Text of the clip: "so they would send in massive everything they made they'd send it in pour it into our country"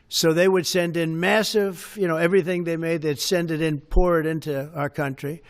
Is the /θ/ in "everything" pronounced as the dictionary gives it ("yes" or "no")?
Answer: yes